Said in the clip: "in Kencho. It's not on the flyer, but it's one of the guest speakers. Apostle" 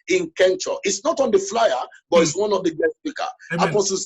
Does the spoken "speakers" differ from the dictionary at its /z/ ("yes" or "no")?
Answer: yes